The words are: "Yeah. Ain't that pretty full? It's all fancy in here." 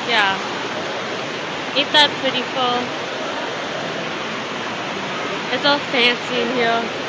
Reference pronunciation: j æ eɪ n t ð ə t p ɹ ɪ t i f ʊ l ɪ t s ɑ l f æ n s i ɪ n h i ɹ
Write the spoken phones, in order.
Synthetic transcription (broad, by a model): j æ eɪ t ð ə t p ɹ ɪ t i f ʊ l ɪ t s ɑ l f æ n s i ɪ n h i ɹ